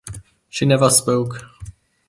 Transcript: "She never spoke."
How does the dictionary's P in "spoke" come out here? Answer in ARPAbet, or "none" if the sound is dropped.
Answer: P